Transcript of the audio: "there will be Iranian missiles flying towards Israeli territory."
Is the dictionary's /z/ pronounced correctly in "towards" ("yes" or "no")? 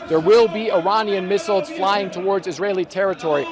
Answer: yes